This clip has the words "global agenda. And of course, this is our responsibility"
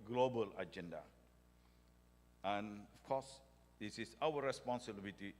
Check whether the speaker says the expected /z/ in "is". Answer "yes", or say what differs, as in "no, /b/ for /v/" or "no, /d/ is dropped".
no, /s/ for /z/